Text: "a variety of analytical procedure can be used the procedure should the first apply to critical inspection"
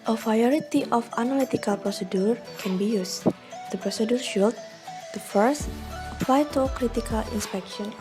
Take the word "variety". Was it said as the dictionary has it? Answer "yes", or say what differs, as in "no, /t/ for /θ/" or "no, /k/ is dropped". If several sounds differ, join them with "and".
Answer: no, /p/ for /v/